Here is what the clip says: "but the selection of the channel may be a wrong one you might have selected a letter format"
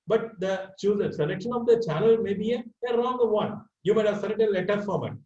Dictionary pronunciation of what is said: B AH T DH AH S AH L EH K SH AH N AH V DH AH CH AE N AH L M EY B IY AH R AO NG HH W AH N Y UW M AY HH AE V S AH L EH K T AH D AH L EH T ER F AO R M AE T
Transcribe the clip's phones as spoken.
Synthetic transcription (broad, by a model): B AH T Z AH S AH L EH K SH AH N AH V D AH CH AE N AH L M EY B IY AH R AO NG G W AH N Y UW M AY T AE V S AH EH T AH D AH L EH T ER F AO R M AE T